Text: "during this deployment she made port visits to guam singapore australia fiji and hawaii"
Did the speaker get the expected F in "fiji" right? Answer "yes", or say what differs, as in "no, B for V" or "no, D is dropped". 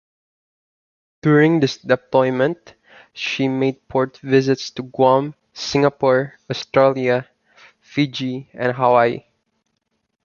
yes